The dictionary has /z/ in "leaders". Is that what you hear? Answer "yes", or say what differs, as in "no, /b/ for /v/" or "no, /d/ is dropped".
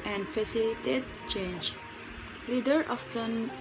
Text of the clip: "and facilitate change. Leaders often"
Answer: no, /z/ is dropped